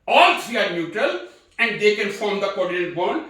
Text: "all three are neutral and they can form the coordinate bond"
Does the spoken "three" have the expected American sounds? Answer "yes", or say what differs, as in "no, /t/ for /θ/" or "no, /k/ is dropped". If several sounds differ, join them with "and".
no, /s/ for /θ/